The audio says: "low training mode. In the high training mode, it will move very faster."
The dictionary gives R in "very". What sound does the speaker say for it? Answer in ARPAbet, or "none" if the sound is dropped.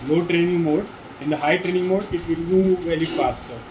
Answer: L